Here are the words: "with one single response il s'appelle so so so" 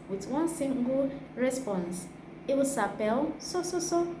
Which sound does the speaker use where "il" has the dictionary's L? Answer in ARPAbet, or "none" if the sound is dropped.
W